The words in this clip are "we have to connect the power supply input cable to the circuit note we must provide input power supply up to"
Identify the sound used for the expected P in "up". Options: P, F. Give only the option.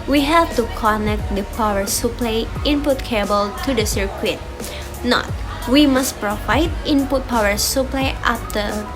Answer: F